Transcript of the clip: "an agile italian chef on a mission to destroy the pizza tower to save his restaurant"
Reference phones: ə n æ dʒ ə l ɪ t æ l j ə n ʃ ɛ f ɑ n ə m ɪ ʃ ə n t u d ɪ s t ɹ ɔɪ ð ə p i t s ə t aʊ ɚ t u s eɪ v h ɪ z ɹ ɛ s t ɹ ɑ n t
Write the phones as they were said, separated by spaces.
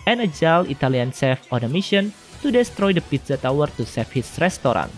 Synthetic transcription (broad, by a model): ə n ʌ dʒ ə l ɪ t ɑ l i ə n s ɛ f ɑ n ə m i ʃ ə n t u d ɪ s t ɹ ɔɪ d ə p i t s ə t aʊ ɚ t u s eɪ f h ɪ s ɹ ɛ s t ɹ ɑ n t